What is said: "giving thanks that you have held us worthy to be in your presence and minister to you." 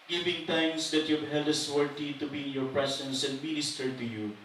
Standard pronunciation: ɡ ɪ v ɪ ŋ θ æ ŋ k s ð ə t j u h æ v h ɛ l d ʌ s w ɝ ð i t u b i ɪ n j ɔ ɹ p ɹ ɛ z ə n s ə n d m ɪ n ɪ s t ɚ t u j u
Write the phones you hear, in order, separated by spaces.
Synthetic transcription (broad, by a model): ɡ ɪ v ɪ ŋ t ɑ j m s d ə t j u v h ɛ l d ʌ s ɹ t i t u b i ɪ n j ɔ ɹ p ɹ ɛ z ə n s ə n d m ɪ n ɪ s t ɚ t u j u